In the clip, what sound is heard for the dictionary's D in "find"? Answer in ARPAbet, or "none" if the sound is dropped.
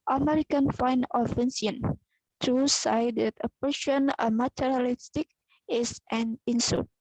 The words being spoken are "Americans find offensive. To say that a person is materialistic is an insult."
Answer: none